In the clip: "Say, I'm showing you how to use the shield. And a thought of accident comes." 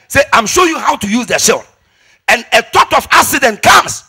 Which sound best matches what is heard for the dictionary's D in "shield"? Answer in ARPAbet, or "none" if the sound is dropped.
none